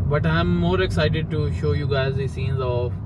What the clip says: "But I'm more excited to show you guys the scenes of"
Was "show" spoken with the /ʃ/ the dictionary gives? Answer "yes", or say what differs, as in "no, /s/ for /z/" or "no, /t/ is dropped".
yes